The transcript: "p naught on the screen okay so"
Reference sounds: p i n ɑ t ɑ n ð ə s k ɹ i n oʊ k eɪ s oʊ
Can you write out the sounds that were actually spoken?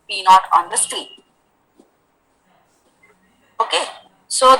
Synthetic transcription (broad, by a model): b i n ɑ t ɑ n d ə s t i oʊ k eɪ s oʊ